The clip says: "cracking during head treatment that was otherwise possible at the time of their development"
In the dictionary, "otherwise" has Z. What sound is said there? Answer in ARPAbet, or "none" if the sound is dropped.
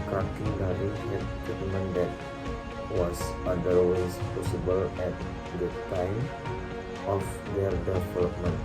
S